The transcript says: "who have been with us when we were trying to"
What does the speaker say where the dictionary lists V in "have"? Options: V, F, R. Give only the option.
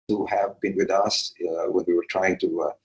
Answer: V